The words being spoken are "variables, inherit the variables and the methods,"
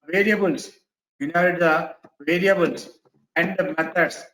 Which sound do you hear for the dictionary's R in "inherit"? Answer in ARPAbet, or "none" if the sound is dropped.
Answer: none